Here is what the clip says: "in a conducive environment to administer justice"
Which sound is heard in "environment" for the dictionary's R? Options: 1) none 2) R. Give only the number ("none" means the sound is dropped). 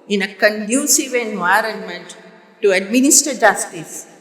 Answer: 2